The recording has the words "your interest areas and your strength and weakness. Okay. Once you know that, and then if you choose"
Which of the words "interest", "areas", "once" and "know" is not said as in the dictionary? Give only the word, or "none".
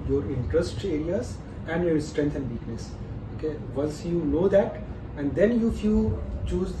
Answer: once